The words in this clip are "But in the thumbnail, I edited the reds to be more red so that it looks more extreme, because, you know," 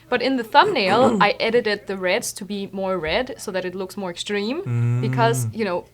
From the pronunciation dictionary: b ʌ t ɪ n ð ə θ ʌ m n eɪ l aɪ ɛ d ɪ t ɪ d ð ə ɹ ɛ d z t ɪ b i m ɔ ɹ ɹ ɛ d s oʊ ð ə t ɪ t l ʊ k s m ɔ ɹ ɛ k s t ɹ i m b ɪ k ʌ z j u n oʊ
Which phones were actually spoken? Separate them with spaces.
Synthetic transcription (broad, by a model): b ʌ t ɪ n ð ə θ ʌ m n eɪ l aɪ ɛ d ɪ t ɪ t ð ə ɹ ɛ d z t ɪ b i m ɔ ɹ ɹ ɛ d s oʊ ð ə t ɪ t l ʊ k s m ɔ ɹ ɛ k s t ɹ i m b ɪ k ʌ z j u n oʊ